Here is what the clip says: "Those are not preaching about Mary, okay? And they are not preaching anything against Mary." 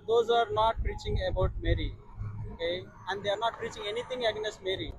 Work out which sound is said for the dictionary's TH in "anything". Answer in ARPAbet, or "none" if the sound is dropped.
T